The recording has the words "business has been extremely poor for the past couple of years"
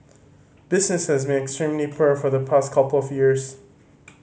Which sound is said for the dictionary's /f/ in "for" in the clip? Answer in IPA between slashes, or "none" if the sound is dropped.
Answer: /f/